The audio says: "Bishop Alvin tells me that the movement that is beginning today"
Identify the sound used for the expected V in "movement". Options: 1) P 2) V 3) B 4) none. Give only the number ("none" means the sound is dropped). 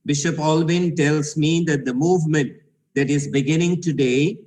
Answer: 2